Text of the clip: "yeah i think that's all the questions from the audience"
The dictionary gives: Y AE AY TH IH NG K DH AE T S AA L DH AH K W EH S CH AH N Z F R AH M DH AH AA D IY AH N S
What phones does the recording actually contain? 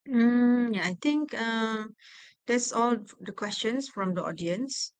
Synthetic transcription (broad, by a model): Y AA AY T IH NG K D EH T S AA L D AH K W EH S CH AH N S F R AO M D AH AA D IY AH N S